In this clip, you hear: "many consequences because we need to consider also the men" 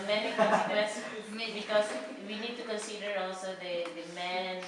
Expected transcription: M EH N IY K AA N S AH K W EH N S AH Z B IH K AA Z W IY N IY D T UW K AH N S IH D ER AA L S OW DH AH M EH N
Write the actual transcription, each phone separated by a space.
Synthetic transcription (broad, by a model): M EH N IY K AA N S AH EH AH B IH K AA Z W IY N IY D T UW K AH N S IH D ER AA L S OW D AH M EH N